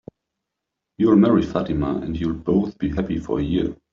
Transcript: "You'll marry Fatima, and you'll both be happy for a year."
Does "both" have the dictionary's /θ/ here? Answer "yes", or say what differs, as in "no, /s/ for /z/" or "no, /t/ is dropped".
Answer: yes